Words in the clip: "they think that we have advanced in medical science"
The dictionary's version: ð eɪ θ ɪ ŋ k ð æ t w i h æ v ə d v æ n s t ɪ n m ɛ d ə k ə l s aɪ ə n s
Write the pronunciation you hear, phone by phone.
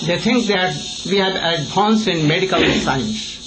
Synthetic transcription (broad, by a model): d eɪ t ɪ ŋ k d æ t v i h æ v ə d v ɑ n s ɪ n m ɛ d ə k ə l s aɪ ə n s